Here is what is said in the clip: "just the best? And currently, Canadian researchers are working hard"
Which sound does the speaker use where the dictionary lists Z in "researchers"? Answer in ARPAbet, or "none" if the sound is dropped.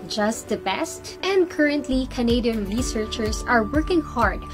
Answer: S